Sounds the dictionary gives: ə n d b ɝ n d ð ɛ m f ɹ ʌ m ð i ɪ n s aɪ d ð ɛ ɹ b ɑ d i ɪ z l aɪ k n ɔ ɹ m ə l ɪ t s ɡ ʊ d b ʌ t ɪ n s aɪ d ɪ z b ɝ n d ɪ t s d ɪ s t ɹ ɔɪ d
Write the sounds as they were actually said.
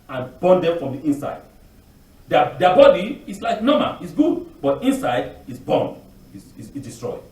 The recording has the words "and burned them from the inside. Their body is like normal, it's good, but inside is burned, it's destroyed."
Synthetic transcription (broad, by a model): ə n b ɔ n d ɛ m f ɹ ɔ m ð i ɪ n s aɪ d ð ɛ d b ɑ d i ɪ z l aɪ k n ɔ m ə n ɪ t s ɡ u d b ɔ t ɪ n s aɪ d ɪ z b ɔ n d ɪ s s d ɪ s t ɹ ɔɪ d